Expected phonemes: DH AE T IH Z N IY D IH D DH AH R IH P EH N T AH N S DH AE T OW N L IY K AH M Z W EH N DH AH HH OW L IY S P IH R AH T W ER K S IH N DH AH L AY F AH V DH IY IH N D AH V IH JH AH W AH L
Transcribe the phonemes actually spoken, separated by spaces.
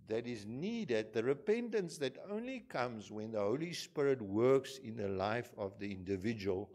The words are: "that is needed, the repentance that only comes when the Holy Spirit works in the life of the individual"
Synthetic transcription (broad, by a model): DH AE T IH Z N IY D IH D DH AH R IH P EH N T AH N S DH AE T OW N L IY K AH M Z W EH N DH AH HH OW L IY S P IH R AH T W ER K S IH N DH AH L AY F AH V DH IY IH N D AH V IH JH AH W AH L